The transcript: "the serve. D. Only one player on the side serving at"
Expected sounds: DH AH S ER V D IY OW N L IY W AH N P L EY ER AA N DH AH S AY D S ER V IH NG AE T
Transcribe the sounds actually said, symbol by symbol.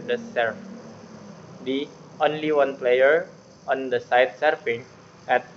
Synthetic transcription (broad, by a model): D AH S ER F D IY OW N L IY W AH N P L EY ER AA N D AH S AY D S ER F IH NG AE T